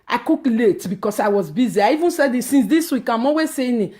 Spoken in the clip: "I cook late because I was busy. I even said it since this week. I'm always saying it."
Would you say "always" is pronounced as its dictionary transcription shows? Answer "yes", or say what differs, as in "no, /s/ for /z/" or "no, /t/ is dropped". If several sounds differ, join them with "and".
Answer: no, /l/ is dropped